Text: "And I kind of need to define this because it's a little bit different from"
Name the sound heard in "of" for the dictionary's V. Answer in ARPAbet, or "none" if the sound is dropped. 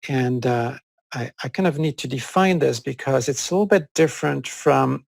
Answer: V